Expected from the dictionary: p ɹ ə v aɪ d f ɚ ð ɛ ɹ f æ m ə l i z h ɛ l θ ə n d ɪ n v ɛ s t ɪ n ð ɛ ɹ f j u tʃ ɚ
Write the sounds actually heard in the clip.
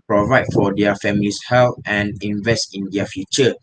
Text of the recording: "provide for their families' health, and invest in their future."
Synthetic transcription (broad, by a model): p ɹ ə v aɪ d f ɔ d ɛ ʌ f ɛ m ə l i s h ɛ l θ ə n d ɪ n v ɛ s t ɪ n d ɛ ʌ f j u tʃ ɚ